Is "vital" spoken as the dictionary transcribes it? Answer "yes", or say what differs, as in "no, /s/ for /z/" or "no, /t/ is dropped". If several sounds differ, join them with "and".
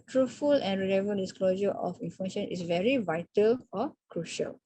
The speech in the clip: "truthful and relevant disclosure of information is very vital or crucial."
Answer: yes